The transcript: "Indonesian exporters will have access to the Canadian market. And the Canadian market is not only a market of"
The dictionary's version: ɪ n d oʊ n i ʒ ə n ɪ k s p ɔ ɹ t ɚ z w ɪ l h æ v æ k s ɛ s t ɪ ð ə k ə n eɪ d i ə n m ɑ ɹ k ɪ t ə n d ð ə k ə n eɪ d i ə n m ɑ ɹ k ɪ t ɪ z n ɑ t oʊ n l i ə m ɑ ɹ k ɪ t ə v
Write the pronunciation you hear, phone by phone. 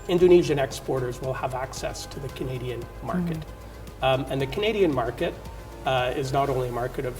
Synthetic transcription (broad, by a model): ɪ n d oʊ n i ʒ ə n ɪ k s p ɔ ɹ t ɚ z w ɪ l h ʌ v æ k s ɛ s t ɪ ð ə k ə n eɪ d i ə n m ɑ ɹ k ɪ t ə n ð ə k ə n eɪ d i ə n m ɑ ɹ k ɪ t ɪ z n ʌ t oʊ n l i ə m ɑ ɹ k ɪ t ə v